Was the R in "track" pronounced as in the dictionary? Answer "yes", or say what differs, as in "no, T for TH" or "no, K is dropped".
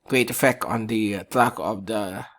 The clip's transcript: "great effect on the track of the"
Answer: no, L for R